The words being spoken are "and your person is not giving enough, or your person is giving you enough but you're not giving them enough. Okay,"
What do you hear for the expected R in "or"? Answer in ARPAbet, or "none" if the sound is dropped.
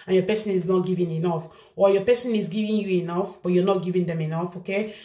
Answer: L